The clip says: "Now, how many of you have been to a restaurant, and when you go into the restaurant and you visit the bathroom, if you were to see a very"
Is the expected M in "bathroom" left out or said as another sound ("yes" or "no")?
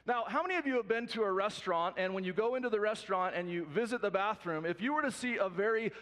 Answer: no